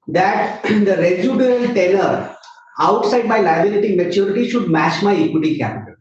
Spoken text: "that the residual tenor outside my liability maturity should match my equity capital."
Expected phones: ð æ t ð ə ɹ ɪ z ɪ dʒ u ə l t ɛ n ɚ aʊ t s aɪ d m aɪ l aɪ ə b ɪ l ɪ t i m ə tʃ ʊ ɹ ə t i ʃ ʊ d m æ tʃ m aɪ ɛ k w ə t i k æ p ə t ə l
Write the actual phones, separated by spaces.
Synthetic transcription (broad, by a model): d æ t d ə ɹ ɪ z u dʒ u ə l t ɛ l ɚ aʊ t s aɪ d m aɪ l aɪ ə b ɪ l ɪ t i m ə tʃ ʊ ɹ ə t i ʃ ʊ d m æ tʃ m aɪ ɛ k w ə t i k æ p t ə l